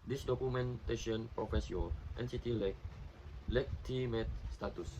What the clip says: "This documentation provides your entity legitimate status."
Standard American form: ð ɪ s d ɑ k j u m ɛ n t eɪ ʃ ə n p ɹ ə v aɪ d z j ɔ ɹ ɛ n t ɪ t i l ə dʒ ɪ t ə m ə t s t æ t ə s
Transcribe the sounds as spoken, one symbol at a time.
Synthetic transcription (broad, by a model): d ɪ s d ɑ k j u m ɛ n t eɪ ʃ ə n p ɹ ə f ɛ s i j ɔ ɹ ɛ n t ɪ t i l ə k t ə m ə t s t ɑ t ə s